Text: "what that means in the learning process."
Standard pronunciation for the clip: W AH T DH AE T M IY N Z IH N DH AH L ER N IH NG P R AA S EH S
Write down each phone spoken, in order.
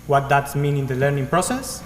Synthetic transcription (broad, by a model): W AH T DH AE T M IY N IH N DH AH L ER N IH NG P R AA S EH S